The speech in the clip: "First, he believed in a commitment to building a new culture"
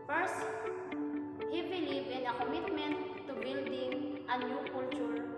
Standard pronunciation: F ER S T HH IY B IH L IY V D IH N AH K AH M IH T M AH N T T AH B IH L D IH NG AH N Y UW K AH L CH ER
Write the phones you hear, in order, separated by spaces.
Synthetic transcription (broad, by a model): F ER S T HH IY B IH L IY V IH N AH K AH M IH T M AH N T T AH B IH L D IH NG AH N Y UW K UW L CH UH